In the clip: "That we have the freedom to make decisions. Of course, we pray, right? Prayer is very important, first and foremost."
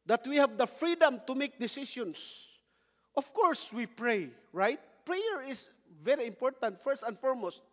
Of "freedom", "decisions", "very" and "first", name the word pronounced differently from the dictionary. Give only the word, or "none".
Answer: decisions